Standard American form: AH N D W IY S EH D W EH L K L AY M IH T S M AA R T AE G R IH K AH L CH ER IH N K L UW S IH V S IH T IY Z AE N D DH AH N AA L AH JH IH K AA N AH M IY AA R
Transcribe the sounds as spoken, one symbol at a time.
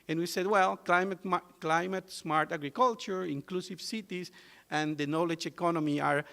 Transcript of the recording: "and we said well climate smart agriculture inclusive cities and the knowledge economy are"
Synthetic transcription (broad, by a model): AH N W IY S EH D W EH L K L AY M IH T S M AA R T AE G R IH K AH L CH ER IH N K L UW S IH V S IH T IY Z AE N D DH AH N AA L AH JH IH K AA N AH M IY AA R